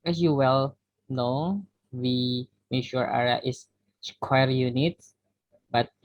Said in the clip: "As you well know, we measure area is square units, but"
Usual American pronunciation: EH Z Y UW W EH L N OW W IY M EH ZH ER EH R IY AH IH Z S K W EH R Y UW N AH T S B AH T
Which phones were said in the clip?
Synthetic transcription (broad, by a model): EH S Y UW W EH L N OW W IY M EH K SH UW R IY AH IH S S K W EH R Y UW N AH T B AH T